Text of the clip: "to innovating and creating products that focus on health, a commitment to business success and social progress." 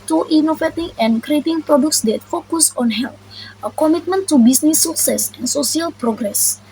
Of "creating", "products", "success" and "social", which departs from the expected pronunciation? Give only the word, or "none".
social